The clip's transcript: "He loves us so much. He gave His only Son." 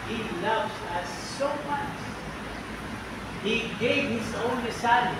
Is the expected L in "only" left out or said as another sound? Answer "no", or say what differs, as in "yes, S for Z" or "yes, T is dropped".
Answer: yes, L is dropped